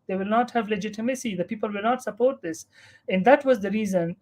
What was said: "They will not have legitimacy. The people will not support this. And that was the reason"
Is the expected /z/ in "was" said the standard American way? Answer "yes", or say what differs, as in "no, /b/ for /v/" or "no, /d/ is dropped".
yes